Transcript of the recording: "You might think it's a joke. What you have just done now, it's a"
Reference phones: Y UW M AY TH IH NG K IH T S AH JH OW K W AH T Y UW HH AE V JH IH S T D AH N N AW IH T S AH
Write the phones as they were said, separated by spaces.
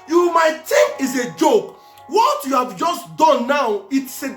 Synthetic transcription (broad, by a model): Y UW M AY T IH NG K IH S AH JH OW K W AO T Y UW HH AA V JH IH S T D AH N N AW IH T S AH